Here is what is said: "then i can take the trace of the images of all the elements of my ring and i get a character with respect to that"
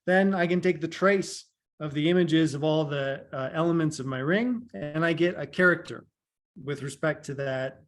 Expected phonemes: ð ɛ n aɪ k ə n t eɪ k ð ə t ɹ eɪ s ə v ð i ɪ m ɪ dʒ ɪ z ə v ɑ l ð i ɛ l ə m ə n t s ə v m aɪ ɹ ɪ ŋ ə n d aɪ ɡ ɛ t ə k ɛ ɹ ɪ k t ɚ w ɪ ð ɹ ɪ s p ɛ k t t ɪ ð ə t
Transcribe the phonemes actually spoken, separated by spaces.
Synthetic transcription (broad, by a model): ð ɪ n aɪ k ə n t eɪ k ð ə t ɹ eɪ s ə v ð i ɪ m ɪ dʒ ɪ z ə v ɑ l ð i ɛ l ə m ə n t s ə v m aɪ ɹ ɪ ŋ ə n aɪ ɡ ɛ t ə k ɛ ɹ ɪ k t ɚ w ɪ ð ɹ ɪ s p ɛ k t t ɪ ð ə t